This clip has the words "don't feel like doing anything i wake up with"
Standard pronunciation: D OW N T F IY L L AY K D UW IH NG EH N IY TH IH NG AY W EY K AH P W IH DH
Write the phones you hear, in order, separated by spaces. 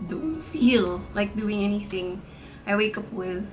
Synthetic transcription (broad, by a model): D OW N T F IY L L AY K D UW IH NG EH N IY TH IH NG AY W EY K AH P W IH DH